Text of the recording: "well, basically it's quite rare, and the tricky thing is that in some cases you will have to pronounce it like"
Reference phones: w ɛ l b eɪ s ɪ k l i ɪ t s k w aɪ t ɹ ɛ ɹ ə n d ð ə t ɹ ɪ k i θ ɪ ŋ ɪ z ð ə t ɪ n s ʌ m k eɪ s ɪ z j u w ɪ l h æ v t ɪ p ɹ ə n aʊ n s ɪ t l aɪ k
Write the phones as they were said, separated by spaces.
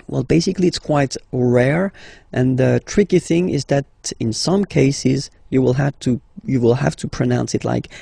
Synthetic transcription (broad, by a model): w ɛ l b eɪ s ɪ k l i ɪ t s k w aɪ t ɹ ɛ ɹ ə n ð ə t ɹ ɪ k i θ ɪ ŋ ɪ z ð ə t ɪ n s ʌ m k eɪ s ɪ z j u w ɪ l h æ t t ɪ p ɹ ə n aʊ n s ɪ t l aɪ k